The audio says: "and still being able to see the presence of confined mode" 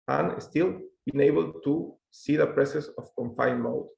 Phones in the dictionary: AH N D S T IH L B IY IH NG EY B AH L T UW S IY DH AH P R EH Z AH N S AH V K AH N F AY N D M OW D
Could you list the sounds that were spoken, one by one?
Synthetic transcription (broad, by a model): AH N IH S T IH L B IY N EY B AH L T UW S IY DH AH P R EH S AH S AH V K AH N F AY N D M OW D